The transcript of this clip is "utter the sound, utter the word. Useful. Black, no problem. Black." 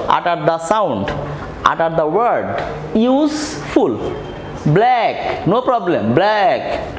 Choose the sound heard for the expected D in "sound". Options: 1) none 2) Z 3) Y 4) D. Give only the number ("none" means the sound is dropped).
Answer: 4